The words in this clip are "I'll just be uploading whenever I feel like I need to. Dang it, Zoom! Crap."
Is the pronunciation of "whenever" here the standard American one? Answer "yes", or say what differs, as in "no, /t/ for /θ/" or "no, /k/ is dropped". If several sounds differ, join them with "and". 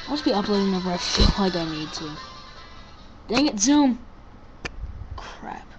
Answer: no, /n/ is dropped